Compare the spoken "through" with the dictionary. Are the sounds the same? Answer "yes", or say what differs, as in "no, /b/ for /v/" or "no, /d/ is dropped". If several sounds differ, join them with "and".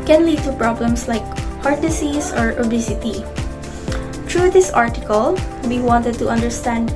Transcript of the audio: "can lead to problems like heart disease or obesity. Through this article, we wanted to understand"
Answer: no, /t/ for /θ/